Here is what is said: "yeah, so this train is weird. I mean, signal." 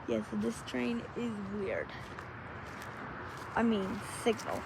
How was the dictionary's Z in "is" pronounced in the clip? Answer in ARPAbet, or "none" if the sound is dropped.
Z